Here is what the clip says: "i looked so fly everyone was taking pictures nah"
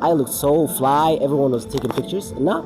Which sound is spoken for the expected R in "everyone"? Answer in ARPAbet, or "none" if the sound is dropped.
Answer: R